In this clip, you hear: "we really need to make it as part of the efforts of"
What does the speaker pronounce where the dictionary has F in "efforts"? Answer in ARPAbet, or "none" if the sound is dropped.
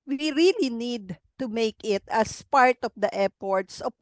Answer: P